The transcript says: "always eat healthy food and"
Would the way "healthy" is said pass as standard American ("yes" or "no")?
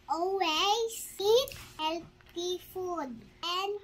no